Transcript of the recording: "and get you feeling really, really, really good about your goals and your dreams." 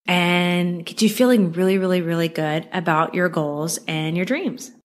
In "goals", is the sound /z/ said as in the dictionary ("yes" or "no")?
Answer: yes